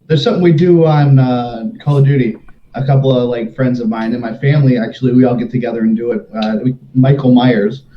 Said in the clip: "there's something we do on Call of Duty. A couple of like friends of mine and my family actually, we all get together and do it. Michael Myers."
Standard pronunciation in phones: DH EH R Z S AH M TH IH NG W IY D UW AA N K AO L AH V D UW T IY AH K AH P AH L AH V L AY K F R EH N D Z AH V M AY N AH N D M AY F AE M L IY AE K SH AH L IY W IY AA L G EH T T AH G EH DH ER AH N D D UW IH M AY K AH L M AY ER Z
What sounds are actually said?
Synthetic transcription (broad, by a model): DH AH R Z S AH M TH IH NG W IY D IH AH N K AO L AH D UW T IY AH K AH P L AH V L AY K F R EH N D Z AH V M AY N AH N M AY F AE M L IY AE K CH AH L IY W IY AA L G EH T T AH G EH DH ER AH N D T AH IH M AY K L M AY ER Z